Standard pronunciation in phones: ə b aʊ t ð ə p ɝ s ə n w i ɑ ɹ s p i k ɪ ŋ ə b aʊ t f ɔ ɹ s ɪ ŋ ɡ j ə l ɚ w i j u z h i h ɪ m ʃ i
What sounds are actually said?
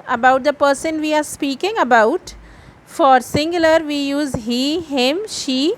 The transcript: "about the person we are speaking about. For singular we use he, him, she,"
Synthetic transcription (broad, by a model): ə b aʊ t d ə p ɝ s ə n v i ɑ ɹ s p i k ɪ ŋ ə b aʊ t f ɔ ɹ s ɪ ŋ ɡ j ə l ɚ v i j u z h i h ɪ m ʃ i